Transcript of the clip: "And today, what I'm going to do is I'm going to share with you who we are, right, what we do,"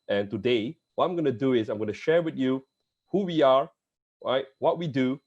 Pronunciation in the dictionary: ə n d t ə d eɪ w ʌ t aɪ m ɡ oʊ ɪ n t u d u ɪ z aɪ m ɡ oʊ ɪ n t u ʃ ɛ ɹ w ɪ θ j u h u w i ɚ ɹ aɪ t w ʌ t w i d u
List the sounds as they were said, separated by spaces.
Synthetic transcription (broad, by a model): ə n t ə d eɪ w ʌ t aɪ m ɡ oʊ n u d u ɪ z aɪ m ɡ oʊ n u ʃ ɛ ɹ w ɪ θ j u h u w i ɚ ɹ aɪ t w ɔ t w i d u